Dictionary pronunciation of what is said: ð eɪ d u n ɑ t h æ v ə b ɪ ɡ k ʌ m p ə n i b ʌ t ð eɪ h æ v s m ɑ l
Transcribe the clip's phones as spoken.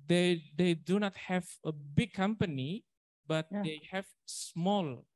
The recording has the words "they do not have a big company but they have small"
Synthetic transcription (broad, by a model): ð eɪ d u n ɑ t h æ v ə b ɪ ɡ k ʌ m p ə n i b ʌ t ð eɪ h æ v s m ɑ l